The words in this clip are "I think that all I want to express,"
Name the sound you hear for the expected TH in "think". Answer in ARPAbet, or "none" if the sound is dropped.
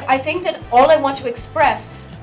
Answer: TH